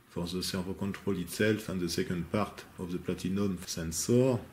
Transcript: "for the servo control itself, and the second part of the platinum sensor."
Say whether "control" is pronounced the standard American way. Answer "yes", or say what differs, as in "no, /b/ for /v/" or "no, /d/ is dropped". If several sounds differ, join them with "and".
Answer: no, /n/ is dropped